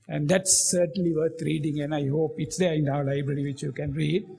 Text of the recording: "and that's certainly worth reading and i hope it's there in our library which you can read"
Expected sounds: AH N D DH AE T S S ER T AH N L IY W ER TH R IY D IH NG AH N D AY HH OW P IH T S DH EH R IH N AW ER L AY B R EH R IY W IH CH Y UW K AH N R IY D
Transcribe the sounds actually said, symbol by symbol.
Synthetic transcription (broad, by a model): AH N D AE T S S ER T AH N L IY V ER T R IY D IH NG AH N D AY HH OW P IH T S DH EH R IH N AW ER L AY B R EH R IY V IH CH Y UW K AH N R IY D